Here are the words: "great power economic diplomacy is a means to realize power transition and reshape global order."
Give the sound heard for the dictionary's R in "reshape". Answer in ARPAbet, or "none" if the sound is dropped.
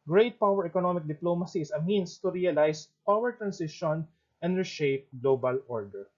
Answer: R